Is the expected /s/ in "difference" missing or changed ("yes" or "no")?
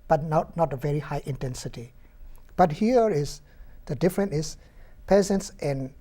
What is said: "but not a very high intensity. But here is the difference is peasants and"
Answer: yes